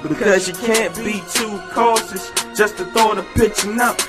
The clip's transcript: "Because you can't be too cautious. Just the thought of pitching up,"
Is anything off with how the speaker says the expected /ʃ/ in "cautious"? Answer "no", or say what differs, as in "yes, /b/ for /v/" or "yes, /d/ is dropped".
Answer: yes, /s/ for /ʃ/